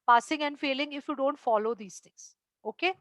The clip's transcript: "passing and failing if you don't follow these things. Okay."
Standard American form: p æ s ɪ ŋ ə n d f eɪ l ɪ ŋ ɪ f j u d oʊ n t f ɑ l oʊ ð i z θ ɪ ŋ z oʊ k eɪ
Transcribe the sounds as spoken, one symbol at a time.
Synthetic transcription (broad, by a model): p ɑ s ɪ ŋ ə n d f eɪ l ɪ ŋ ɪ f j u d oʊ n t f ɑ l oʊ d i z t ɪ ŋ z oʊ k eɪ